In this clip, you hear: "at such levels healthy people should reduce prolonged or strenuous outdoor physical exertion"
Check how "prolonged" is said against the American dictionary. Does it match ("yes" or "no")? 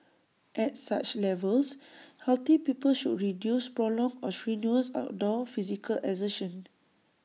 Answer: no